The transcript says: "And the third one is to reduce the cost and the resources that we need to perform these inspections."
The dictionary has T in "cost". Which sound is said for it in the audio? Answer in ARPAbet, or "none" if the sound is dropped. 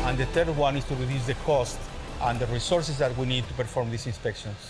T